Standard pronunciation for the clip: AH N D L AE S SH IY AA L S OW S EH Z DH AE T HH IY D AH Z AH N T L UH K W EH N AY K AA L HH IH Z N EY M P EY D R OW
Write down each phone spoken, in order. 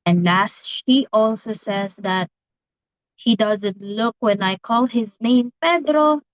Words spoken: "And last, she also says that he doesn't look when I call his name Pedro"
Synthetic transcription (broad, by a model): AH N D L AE S SH IY AA L S OW S EH Z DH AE T HH IY D AH Z AH N T L UH K W EH N AY K AA L HH IH Z N EY M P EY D R OW